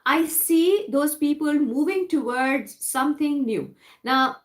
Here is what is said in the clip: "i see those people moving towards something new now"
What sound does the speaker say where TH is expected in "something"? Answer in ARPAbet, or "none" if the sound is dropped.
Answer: T